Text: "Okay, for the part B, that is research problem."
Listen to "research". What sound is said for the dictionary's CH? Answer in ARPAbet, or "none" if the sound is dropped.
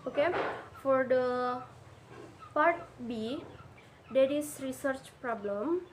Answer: CH